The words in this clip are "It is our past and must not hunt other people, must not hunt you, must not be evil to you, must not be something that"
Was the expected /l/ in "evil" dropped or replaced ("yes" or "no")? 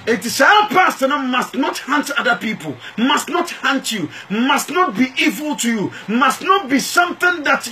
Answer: no